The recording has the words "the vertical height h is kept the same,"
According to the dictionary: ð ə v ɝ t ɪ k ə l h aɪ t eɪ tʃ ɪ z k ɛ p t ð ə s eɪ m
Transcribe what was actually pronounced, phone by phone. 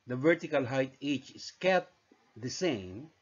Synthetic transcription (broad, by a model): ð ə v ɝ t ɪ k ə l h aɪ t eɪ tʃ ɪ s k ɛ t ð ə s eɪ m